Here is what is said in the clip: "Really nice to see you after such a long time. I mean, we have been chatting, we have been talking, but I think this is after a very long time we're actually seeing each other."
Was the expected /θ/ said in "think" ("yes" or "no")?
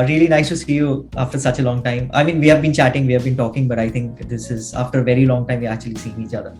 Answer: no